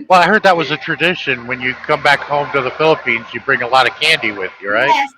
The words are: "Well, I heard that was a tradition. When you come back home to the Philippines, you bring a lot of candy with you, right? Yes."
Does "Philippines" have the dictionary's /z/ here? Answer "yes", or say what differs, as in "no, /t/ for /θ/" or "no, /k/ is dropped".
yes